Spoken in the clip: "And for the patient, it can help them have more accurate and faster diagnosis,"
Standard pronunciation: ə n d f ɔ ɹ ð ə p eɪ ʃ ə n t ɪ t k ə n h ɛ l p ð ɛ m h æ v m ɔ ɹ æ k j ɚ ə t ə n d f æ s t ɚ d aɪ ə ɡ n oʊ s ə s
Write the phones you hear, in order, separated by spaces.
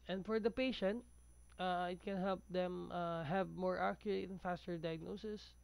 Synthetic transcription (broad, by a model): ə n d f ɔ ɹ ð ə p eɪ ʃ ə n t ɪ t k ə n h ɛ l p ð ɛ m h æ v m ɔ ɹ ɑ k j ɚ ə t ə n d f æ s t ɚ d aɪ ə ɡ n oʊ s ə s